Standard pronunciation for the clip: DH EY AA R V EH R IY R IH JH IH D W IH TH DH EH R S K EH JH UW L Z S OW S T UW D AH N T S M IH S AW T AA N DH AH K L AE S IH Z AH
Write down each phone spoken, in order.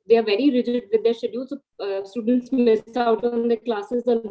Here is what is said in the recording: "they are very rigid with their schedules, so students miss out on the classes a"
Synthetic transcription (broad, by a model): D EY AA R V EH R IY R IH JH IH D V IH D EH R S EH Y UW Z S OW S T UW D AH N T S M IH S AW T AA N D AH K L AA S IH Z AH